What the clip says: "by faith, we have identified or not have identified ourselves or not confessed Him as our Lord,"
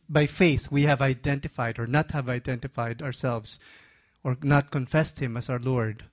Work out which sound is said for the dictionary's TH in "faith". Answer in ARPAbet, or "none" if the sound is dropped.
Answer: TH